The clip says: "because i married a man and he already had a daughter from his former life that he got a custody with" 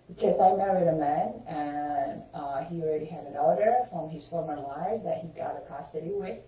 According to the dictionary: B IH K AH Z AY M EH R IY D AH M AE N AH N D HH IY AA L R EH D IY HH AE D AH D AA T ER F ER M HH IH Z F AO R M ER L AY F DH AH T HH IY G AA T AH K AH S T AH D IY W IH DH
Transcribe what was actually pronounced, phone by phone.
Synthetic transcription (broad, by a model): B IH K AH Z AY M EH R IY D AH M AE N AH N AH AA L R EH D IY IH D AH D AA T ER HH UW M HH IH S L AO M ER L AY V DH AH T HH IY G AA T AH K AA S T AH D IY W IH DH